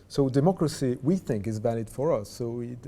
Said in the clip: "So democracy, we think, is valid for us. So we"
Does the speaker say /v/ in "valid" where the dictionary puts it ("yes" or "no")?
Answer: yes